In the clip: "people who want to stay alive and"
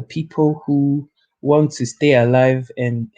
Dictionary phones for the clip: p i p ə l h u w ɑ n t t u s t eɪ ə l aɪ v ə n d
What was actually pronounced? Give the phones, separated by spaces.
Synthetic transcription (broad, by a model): p i p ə l h u w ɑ n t t u s t eɪ ə l aɪ v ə n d